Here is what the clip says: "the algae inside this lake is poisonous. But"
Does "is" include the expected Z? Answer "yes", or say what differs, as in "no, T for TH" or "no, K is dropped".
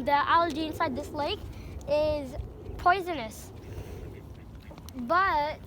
yes